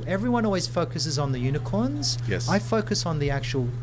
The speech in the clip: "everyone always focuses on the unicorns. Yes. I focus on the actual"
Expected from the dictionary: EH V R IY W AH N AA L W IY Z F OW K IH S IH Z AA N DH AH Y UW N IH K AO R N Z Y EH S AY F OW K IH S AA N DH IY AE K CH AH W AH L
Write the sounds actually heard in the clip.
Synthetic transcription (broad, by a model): EH V R IY W AH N AA L W IY Z F OW K IH S IH Z N DH AH Y UW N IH K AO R N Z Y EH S AY F OW K IH S N DH IY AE K CH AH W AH L